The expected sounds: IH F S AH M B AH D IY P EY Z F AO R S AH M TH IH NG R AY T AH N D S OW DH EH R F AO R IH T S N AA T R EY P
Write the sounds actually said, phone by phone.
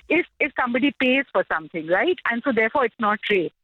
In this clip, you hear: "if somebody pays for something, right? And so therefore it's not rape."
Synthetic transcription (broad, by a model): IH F S AH M B AH D IY P EY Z F AO R S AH M T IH NG R AY T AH N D S OW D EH R F AO R IH T S N AA T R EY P